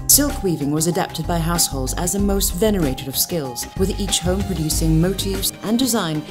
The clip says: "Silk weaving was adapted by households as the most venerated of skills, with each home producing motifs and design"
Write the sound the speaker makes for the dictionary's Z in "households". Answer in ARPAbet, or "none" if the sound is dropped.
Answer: Z